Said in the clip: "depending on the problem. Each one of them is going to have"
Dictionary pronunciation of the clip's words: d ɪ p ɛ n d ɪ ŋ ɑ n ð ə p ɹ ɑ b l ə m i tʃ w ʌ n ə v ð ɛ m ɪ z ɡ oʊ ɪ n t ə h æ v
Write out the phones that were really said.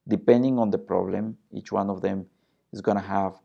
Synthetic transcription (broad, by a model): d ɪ p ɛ n d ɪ ŋ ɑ n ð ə p ɹ ɑ b l ə m i tʃ w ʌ n ə v ð ɛ m ɪ z ɡ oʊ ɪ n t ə h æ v